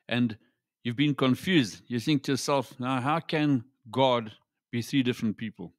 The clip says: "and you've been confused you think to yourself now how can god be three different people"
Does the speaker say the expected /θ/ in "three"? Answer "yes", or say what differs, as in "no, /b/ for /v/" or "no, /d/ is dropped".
yes